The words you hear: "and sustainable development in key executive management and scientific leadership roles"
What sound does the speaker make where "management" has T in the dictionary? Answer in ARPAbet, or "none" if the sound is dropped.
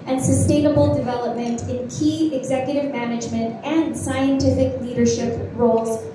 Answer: T